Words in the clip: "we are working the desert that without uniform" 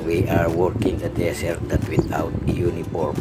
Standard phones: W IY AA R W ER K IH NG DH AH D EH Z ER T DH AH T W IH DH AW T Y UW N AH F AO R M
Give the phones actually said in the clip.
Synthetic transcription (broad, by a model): W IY AA R W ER K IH NG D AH D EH S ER T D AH T W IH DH AW T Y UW N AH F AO R M